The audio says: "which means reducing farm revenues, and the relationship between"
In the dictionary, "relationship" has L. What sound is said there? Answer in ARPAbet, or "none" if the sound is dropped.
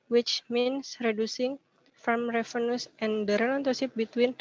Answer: N